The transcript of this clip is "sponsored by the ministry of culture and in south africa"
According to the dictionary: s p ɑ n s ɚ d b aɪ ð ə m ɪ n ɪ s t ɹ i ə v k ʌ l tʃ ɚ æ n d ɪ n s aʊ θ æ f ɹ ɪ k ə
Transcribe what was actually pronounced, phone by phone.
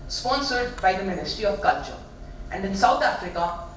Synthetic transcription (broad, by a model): s p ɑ n s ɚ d b aɪ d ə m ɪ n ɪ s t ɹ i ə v k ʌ l tʃ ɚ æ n d ɪ n s aʊ t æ f ɹ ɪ k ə